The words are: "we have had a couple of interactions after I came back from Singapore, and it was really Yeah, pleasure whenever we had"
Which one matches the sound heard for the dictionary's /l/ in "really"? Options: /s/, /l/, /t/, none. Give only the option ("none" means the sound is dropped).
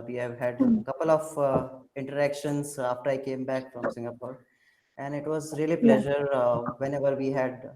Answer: none